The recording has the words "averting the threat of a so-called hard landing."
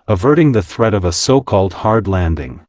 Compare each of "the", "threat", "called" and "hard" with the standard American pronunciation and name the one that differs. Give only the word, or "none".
none